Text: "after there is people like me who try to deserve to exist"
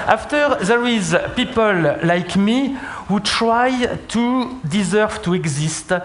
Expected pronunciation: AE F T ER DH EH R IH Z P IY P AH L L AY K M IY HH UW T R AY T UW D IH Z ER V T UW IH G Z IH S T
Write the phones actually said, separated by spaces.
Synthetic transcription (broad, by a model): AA F T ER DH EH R IH Z P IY P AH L L AY K M IY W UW T R AY T UW D IH Z ER V T UW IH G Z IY S T